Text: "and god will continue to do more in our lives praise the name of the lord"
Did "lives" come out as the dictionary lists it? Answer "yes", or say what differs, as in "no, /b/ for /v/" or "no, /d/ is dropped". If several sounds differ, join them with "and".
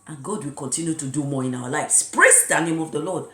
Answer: no, /s/ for /z/